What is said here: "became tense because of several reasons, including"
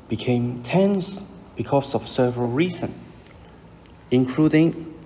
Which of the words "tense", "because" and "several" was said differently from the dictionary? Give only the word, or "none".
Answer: because